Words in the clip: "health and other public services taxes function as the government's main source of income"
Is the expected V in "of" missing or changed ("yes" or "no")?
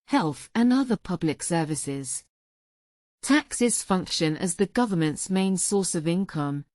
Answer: no